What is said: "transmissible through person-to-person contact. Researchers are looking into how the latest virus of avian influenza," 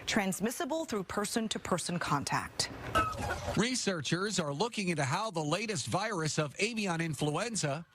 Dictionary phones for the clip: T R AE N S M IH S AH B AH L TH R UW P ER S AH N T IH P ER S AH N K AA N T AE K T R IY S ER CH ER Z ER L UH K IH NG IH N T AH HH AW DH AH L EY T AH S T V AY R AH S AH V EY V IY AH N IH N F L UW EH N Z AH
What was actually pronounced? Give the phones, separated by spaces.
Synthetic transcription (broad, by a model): T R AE N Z M IH S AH B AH L TH R UW P ER S AH N T IH P ER S AH N K AA N T AE K T R IY S ER CH ER Z ER L UH K IH NG IH N T AH HH AW DH AH L EY T AH S T V AY R AH S AH V EY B IY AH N IH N F L UW EH N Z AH